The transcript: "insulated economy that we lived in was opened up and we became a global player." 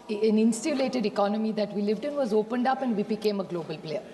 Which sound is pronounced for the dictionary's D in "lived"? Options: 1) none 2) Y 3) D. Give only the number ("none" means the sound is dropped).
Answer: 3